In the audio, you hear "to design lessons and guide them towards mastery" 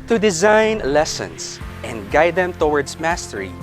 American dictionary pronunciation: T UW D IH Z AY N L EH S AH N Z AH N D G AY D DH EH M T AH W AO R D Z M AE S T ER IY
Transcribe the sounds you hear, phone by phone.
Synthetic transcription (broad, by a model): T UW D IH Z AY N L EH S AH N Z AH N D G AY D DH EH M T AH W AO R D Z M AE S T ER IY